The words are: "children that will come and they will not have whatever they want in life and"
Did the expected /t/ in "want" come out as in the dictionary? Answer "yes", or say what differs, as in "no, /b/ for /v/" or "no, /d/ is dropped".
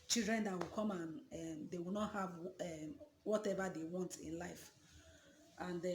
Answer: yes